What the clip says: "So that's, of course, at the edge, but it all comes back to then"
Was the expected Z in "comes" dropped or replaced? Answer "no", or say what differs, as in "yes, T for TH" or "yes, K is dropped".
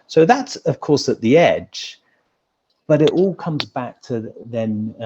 no